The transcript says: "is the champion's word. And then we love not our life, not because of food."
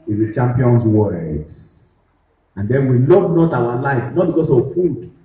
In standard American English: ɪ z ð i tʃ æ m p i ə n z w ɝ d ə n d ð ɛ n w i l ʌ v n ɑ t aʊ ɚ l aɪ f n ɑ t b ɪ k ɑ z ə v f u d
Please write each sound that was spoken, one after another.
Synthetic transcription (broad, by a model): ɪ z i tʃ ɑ m p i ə n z w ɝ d ə n d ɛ n w i l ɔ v n ɑ t aʊ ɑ l aɪ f n ɑ t b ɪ k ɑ s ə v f u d